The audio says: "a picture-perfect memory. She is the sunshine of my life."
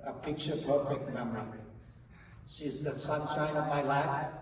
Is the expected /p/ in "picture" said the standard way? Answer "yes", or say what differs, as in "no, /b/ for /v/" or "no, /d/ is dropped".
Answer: yes